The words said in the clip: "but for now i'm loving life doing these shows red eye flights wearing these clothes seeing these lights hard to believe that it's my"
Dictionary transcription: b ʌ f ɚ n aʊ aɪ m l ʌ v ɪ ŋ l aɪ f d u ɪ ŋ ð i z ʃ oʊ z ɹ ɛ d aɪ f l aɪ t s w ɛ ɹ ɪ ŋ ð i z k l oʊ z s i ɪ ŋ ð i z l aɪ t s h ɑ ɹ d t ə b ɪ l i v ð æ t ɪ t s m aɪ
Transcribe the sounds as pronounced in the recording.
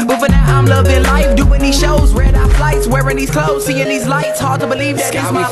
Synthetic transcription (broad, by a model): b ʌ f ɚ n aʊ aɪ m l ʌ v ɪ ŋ l aɪ f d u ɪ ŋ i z ʃ oʊ z w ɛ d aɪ f l aɪ t s w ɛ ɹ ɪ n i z k l oʊ z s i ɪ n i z l aɪ t s h ɑ ɹ d t ə b ɪ l i v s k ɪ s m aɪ